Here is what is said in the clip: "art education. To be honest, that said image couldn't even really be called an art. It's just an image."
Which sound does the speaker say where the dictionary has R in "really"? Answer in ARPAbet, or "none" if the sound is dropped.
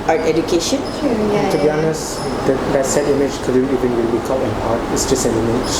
W